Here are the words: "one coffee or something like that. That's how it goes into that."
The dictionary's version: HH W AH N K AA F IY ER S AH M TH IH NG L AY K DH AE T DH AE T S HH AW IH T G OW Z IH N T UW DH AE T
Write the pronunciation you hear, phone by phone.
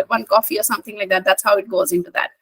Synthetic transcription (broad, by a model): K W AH N K AA F IY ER S AH M TH IH NG L AY K DH AE T DH AE T S HH AW IH T G OW Z IH N T UW DH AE T